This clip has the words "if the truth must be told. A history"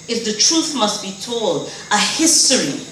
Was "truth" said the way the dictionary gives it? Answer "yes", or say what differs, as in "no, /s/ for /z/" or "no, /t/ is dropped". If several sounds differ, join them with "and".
yes